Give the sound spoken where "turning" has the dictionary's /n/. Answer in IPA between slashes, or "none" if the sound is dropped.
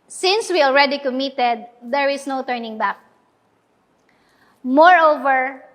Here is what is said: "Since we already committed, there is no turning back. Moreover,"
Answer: /n/